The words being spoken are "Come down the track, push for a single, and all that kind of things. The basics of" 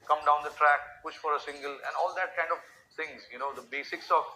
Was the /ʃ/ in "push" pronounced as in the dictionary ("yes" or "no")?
yes